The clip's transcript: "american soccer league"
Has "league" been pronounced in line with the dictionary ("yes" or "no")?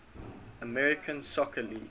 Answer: no